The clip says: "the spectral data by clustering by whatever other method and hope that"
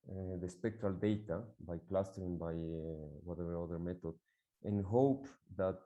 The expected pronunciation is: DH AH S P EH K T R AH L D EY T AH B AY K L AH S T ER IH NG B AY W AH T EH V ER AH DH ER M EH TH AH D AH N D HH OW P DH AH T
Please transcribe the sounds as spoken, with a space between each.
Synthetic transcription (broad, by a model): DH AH S P EH K T R AH L D EY T AH B AY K L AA S T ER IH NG B AY W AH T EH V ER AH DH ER M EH T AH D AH N HH OW P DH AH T